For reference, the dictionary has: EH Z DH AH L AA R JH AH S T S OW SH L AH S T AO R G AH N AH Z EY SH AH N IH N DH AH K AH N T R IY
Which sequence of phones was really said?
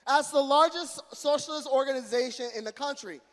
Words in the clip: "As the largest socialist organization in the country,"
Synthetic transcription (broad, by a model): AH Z DH AH L AA R JH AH S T S OW SH L AH S T AO R G AH N AH Z EY SH AH N IH N DH AH K AH N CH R IY